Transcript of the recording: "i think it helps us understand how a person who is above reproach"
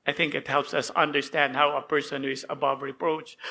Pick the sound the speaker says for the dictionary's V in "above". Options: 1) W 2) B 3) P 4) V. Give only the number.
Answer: 4